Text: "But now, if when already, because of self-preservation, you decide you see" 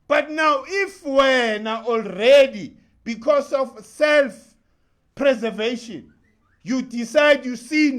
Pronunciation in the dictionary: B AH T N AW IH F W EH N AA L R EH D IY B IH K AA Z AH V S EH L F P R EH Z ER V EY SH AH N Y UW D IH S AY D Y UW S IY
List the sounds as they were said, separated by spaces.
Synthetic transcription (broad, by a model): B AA T N AW IH F W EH N AA L R EH D IY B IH K AA S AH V S EH L F P R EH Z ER V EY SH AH N Y UW D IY S AY D Y UW S IY